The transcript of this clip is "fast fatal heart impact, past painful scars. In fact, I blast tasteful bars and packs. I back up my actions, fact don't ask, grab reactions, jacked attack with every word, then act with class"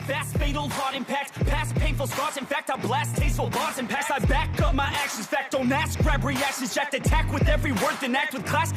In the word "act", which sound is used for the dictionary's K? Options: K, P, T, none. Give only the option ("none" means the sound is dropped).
K